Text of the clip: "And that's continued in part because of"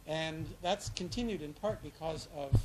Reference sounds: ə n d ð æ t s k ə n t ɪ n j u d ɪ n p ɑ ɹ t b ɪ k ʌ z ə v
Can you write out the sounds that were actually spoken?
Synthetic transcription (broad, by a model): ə n ð æ t s k ə n t ɪ n j u d ɪ n p ɑ ɹ t b ɪ k ʌ z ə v